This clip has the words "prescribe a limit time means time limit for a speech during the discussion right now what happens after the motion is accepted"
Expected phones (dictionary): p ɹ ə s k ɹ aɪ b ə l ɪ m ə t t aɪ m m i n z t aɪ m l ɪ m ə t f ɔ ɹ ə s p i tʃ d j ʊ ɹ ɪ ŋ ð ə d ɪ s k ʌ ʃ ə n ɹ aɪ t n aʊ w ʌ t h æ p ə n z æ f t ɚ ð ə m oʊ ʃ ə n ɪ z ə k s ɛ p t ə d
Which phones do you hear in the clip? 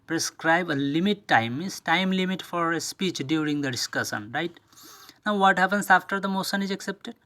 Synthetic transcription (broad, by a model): p ɹ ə s k ɹ aɪ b ə l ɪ m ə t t aɪ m m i z t aɪ m l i m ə t f ɔ ɹ ə s p i tʃ d j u ɹ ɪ ŋ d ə d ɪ s k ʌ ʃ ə n ɹ aɪ t n aʊ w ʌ t h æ p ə n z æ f t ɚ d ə m oʊ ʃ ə n ɪ z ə k s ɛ p t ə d